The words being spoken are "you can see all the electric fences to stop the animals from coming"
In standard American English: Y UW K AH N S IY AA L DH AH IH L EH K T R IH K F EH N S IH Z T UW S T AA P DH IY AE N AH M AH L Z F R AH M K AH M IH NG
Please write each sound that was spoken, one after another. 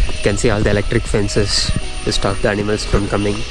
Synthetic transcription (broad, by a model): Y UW K AH N S IY AA L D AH IH L EH K T R IH K F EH N S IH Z T UW S T AA P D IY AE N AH M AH L S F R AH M K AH M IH NG